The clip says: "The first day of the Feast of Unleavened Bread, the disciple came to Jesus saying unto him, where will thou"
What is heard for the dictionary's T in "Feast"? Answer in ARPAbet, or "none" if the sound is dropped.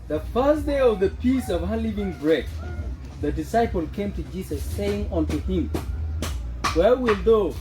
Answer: none